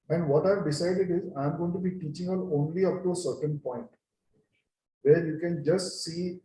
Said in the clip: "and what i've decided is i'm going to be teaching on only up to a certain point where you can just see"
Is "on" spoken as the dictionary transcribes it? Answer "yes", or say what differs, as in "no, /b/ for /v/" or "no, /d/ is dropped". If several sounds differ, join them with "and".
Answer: no, /l/ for /n/